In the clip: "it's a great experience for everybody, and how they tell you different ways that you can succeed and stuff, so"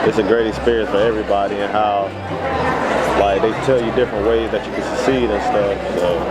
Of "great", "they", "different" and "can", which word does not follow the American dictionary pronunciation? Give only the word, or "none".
none